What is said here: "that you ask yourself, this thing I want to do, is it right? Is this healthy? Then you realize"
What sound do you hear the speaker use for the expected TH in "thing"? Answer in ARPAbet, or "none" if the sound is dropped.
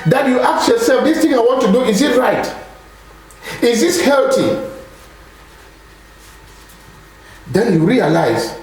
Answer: T